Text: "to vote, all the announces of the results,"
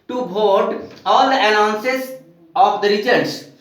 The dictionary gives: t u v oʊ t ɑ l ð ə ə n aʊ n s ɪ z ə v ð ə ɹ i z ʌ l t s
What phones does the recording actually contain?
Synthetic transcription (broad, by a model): t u b oʊ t ɑ l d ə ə n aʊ n s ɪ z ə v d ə ɹ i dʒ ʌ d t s